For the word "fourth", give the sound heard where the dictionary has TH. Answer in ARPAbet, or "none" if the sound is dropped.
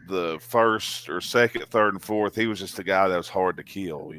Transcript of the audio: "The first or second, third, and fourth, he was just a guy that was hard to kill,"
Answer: TH